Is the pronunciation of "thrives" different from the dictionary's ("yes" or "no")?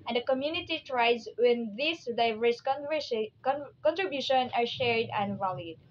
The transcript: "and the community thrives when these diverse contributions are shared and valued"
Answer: yes